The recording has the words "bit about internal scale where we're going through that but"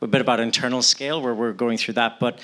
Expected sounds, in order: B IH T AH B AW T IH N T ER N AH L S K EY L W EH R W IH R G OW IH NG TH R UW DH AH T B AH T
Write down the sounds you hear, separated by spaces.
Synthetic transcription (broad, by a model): B IH T AH B AW T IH N T ER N L S K EY L W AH R W IH R G OW IH NG TH R UW DH AH T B AH T